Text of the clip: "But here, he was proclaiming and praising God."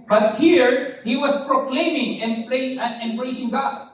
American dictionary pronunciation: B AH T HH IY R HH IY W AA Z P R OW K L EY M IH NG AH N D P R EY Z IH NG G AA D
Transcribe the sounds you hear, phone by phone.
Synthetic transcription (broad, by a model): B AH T HH IY R HH IY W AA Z P R OW K L EY M IH NG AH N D B R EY S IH NG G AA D